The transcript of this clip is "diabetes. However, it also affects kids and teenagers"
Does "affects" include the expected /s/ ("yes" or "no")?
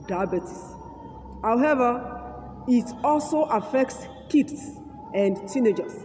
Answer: yes